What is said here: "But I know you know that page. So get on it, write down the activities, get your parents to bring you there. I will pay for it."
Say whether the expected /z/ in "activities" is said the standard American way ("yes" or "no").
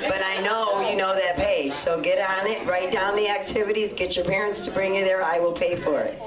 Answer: yes